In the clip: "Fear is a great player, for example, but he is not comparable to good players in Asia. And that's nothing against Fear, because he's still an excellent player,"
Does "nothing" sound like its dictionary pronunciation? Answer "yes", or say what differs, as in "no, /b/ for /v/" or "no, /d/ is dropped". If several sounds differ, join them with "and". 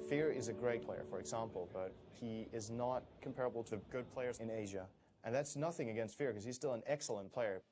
yes